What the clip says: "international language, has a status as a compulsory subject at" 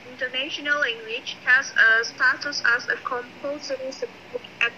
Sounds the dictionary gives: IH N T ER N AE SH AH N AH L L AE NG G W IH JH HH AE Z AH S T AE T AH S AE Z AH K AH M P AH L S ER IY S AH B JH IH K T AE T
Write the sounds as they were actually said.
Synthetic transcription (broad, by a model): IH N T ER N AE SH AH N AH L L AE NG G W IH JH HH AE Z AH S T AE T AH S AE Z AH K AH M P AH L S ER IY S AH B IH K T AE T